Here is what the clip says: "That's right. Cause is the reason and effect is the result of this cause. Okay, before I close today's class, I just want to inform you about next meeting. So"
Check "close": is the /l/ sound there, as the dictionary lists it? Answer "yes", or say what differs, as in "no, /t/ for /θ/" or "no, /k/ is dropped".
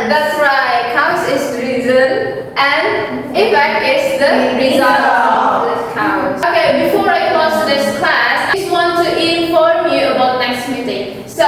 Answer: no, /l/ is dropped